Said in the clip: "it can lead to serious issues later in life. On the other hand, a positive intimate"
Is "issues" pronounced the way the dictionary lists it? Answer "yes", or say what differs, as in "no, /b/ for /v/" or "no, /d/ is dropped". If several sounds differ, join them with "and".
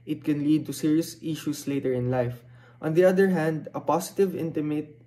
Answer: no, /s/ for /z/